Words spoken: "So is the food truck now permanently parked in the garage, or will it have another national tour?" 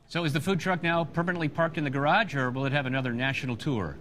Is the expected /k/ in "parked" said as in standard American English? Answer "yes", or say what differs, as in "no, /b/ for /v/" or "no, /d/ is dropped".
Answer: yes